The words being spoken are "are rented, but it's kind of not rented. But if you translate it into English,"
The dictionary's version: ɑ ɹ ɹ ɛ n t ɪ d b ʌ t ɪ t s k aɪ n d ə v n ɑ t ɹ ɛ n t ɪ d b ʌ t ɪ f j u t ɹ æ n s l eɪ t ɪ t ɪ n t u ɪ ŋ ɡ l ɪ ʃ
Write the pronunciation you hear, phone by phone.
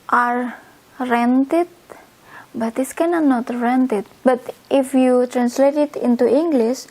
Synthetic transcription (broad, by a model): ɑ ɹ ɹ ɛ n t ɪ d b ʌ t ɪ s k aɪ n ə n ɑ t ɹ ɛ n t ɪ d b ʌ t ɪ f j u t ɹ æ n s l eɪ t ɪ t ɪ n t u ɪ ŋ ɡ l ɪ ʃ